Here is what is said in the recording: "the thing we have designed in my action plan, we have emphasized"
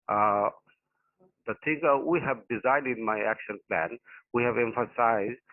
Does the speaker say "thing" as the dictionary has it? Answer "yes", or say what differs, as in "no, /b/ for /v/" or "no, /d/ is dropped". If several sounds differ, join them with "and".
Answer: no, /t/ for /θ/